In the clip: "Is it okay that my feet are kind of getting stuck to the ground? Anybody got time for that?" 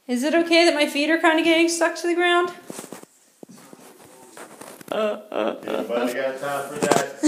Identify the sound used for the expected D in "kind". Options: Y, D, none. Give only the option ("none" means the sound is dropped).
D